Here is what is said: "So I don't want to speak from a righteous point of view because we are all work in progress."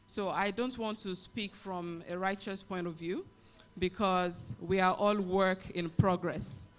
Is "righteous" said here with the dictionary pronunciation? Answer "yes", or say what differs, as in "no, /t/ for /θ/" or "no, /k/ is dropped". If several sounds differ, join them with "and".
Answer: yes